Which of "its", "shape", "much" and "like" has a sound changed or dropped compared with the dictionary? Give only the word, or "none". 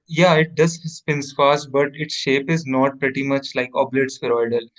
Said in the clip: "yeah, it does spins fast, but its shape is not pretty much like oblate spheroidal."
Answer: none